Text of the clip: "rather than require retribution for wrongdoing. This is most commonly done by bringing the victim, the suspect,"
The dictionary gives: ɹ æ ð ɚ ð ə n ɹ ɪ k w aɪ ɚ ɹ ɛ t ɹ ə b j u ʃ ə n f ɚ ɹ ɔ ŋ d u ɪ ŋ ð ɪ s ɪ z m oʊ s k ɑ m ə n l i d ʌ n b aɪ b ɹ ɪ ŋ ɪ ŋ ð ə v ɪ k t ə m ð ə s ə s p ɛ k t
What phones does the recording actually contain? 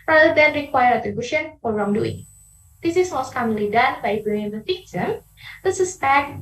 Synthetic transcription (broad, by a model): ɹ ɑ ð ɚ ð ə n ɹ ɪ k w aɪ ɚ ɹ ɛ t ɹ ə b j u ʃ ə n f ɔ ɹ ɔ ŋ d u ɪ ŋ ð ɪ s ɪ s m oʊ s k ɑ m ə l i d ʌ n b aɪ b ɪ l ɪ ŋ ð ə f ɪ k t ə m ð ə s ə s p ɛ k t